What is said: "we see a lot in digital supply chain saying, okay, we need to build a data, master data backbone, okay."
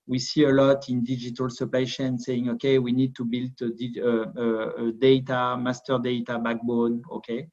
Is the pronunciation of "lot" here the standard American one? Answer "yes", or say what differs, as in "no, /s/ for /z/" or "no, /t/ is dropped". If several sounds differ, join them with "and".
yes